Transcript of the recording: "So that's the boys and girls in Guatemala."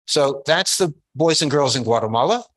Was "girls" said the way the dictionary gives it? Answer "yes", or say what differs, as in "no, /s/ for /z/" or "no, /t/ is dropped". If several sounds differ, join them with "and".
yes